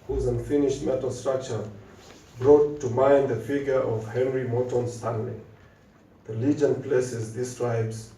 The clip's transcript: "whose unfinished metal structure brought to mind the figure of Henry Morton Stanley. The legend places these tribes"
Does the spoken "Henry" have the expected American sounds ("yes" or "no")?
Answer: yes